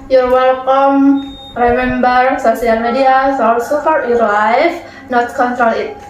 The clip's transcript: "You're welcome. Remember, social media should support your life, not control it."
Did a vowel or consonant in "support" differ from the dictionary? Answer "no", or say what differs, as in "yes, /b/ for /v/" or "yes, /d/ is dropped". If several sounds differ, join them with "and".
yes, /f/ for /p/